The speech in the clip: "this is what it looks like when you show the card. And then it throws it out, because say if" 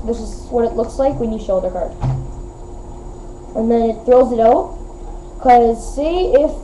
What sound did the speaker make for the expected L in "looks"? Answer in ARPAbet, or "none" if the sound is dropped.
L